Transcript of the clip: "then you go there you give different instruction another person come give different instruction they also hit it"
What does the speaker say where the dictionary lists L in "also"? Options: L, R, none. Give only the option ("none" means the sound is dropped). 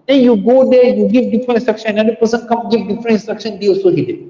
none